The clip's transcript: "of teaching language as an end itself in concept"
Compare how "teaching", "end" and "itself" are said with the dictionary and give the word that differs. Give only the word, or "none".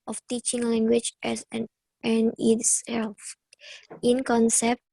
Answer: end